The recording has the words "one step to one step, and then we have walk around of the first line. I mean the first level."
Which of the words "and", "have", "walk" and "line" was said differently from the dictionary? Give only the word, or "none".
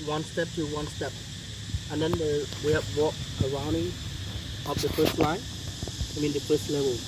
have